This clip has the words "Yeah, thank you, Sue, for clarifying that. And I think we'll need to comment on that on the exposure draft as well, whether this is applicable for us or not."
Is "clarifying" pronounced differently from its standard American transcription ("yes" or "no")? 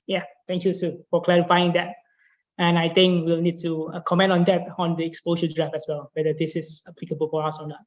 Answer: no